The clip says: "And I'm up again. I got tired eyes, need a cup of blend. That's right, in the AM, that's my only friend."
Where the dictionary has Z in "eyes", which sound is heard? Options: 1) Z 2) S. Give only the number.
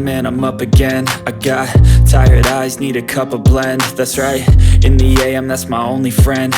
1